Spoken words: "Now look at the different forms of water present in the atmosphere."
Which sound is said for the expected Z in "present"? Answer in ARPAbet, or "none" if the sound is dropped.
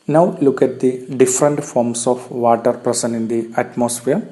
S